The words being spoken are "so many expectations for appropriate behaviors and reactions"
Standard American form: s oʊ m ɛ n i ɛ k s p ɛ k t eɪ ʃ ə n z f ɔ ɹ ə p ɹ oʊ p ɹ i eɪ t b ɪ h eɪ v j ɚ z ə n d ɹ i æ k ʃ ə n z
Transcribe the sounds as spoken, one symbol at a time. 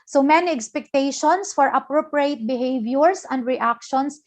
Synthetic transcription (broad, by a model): s oʊ m ɛ n i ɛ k s p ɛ k t eɪ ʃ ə n s f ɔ ɹ ə p ɹ oʊ p ɹ i eɪ t b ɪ h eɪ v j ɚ s ə n d ɹ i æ k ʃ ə n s